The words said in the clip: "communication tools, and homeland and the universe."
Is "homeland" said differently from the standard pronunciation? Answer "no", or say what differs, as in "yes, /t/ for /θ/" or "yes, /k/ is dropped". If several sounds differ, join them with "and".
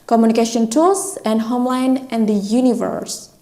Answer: yes, /d/ is dropped